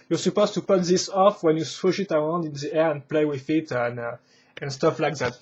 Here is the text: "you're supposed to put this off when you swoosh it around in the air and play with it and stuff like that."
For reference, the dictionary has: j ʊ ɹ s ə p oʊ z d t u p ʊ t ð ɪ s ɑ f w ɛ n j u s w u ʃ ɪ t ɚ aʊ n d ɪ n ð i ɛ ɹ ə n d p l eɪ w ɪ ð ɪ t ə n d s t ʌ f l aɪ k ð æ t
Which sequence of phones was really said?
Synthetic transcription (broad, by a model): j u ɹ s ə p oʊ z t u p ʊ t ð ɪ s ɑ f w ɛ n j u s w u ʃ ɪ t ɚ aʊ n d ɪ n ð i ɛ ɹ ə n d p l eɪ w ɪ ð ɪ t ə n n s t ʌ f l aɪ k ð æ t